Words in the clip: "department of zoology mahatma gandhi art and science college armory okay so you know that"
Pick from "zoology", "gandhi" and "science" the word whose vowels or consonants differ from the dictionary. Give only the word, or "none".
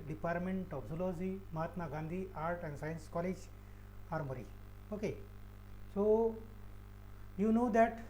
zoology